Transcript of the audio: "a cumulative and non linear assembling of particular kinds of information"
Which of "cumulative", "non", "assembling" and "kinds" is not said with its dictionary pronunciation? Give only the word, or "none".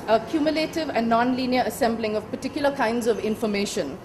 none